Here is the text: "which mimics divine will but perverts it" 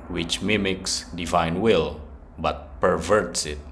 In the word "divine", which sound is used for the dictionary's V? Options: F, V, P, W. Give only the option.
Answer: V